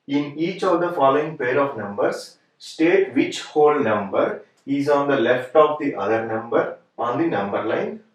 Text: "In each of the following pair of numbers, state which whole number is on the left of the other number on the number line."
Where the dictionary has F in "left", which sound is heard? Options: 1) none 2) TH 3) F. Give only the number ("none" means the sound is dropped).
3